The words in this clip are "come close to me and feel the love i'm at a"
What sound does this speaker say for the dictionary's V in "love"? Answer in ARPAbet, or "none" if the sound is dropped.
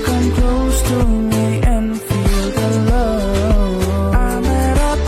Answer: none